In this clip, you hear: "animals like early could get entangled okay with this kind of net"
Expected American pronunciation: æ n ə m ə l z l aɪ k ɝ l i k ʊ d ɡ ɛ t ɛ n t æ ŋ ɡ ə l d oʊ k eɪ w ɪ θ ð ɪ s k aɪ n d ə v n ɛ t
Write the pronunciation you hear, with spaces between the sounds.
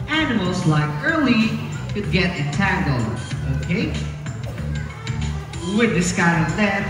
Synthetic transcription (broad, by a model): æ n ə m l z l aɪ k ɝ l i k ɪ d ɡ ɛ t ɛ t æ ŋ ɡ l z oʊ k eɪ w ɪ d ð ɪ s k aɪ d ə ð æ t